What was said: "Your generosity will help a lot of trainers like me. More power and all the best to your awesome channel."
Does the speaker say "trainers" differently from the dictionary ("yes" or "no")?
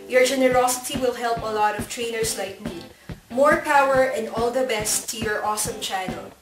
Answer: yes